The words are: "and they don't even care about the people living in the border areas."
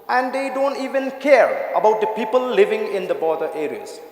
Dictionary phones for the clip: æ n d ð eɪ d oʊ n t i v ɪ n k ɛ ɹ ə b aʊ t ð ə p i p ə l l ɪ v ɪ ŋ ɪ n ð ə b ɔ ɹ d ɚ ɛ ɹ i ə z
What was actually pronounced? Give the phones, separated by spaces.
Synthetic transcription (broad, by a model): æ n d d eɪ d oʊ n t i v ɪ n k ɛ ɹ ə b aʊ t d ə p i p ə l l ɪ v ɪ ŋ ɪ n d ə b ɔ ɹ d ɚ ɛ ɹ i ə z